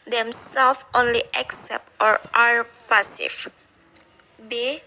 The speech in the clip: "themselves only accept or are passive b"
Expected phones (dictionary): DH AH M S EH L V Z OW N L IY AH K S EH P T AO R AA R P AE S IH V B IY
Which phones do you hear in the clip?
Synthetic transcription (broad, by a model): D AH M S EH L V OW N L IY AH K S EH P T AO R AA R P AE S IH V B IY